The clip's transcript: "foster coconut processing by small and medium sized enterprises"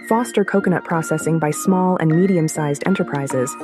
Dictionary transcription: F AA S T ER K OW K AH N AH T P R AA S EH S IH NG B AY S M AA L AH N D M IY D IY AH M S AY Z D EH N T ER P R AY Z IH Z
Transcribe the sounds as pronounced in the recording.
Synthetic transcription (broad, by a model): F AA S T ER K OW K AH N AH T P R AA S EH S IH NG B AY S M AA L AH N M IY D IY AH M S AY Z D EH N T ER P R AY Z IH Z